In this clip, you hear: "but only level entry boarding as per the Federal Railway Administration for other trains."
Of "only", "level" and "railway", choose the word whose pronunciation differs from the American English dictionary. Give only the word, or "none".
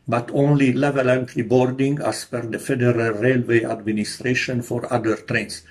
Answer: none